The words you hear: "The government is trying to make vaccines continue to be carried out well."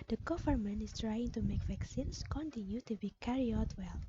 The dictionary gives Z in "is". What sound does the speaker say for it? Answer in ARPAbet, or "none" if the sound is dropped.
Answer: S